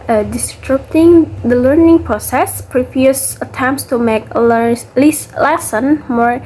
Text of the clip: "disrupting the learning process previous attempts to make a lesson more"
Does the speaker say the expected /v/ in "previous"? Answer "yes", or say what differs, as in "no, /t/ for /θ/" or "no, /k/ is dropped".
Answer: no, /p/ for /v/